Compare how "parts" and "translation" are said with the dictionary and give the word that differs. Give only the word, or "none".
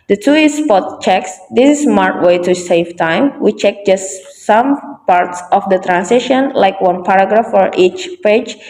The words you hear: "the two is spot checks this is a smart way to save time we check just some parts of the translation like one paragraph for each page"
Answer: translation